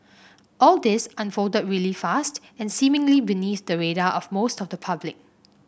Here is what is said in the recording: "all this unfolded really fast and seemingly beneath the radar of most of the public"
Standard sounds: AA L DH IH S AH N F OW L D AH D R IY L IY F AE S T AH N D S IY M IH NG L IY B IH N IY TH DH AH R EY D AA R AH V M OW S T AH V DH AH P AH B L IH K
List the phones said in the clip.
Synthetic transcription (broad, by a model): AA L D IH S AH N F OW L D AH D R IY L IY F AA S T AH N S IY M IH NG L IY B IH N IY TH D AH R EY D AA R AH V M OW S T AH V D AH P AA B L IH K